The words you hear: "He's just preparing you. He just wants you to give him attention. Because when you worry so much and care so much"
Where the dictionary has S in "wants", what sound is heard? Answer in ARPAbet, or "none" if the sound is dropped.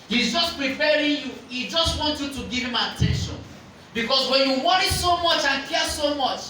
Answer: none